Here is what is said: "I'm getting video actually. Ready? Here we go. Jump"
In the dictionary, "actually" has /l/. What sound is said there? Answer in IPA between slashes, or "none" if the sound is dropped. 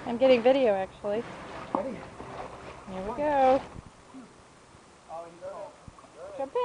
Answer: none